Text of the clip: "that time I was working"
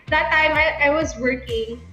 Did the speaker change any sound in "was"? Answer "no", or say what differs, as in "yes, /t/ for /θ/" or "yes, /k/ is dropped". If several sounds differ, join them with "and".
no